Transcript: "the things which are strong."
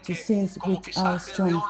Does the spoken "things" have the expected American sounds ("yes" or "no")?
no